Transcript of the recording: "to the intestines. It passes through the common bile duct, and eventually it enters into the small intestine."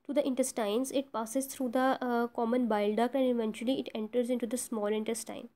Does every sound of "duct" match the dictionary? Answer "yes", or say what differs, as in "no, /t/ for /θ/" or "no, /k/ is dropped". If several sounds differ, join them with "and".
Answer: no, /t/ is dropped